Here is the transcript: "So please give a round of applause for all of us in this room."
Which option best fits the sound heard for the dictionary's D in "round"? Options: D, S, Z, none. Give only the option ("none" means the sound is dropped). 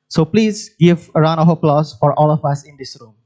none